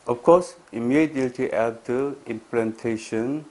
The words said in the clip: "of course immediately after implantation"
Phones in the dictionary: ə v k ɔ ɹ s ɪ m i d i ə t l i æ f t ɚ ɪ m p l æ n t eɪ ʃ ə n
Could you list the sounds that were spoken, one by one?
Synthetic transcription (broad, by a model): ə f k ɔ s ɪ m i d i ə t i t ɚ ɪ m p l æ n t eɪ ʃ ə n